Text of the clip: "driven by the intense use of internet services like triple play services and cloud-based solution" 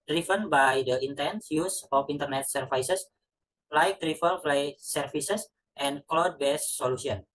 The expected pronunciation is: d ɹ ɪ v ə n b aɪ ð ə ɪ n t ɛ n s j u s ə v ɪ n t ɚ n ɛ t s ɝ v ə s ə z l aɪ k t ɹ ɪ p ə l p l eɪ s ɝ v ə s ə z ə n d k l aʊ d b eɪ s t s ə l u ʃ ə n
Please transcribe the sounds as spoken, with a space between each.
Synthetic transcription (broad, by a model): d ɹ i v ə n b aɪ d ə ɪ n t ɛ n s j u s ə f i n t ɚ n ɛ t s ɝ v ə s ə s l aɪ k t ɹ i f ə l f l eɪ s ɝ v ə s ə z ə n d k l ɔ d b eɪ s s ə l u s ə n